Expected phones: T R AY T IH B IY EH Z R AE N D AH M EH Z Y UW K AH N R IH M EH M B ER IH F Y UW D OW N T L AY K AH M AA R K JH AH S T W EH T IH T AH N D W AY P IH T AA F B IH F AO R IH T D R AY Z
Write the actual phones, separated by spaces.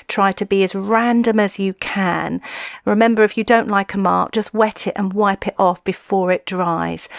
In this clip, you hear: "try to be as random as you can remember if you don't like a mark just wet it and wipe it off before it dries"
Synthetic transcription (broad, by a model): T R AY T IH B IY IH Z R AE N D AH M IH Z Y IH K AH N R IH M EH M B ER IH F Y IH D OW N T L AY K AH M AA R K JH AH S T W EH T IH T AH N W AY P IH T AA F B IH F AO R IH T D R AY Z